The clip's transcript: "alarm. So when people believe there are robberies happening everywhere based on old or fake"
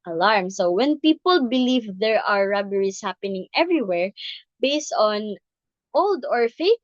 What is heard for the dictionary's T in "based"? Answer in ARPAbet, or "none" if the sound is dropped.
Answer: T